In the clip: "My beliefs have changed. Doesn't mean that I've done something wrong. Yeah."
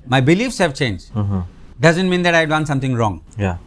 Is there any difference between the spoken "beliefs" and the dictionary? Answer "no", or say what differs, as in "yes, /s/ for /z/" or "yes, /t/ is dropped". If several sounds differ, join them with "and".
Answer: no